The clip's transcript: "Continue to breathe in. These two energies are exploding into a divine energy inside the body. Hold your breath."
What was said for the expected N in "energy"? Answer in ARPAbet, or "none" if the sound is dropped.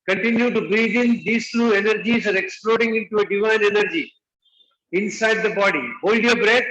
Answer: N